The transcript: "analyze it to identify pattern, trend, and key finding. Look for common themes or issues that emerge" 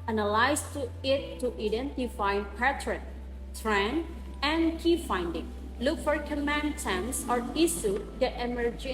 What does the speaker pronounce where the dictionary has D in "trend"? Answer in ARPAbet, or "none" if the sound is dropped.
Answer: none